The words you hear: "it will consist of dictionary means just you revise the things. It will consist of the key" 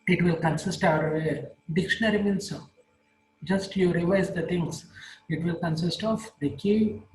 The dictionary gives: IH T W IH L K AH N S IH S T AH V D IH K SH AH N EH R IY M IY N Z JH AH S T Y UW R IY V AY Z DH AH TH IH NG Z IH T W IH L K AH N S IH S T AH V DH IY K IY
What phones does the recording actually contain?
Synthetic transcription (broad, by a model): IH T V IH L K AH N S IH S T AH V D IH K SH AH N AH R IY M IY N S JH AH S T Y UW R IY V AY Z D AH T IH NG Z IH T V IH L K AH N S IH S T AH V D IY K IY